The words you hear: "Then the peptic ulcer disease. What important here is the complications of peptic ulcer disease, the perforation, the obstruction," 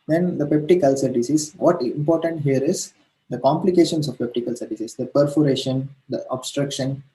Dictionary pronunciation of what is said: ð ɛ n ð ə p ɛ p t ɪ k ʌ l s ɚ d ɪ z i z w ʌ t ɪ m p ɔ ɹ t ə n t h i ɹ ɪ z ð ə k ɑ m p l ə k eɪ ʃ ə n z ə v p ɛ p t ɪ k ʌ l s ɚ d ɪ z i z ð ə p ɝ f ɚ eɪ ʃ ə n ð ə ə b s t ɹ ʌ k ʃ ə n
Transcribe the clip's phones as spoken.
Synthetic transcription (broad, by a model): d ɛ n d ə p ɛ p t ɪ k ʌ l s ɚ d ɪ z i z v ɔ t ɪ m p ɔ ɹ t ə n t h i ɹ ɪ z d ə k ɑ m p l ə k eɪ ʃ ə n s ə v p ɛ p t ɪ k ʌ l s ɚ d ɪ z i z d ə p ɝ f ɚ eɪ ʃ ə n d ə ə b s t ɹ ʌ k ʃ ə n